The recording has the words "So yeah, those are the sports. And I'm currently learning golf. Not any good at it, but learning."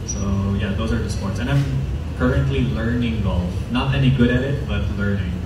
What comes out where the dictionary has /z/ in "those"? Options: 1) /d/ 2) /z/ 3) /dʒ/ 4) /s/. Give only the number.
2